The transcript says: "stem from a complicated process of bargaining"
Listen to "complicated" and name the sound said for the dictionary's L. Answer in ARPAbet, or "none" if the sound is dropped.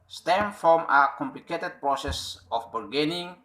L